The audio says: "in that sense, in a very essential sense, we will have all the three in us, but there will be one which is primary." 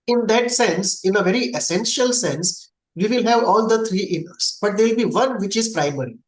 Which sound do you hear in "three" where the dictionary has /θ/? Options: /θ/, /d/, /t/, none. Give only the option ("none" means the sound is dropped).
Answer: /t/